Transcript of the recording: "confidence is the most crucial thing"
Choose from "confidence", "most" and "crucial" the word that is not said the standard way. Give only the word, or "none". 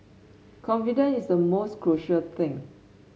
confidence